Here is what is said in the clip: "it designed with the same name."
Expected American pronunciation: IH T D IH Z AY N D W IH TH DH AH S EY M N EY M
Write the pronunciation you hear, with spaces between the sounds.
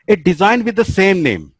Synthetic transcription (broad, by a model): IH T D IH Z AY N D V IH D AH S EY M N EY M